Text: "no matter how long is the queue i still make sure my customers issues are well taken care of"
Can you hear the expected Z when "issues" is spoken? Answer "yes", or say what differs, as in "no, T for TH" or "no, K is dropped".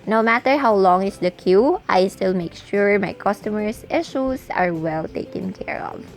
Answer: no, S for Z